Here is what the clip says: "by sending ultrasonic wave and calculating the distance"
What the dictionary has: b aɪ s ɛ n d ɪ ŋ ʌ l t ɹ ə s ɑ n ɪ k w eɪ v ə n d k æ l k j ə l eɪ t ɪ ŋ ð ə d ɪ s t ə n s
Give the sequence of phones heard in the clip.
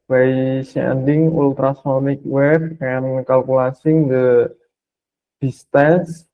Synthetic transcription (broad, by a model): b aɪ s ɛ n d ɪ ŋ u l t ɹ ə s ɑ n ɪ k w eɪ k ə n k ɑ l k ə l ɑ s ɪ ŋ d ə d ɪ s t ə n s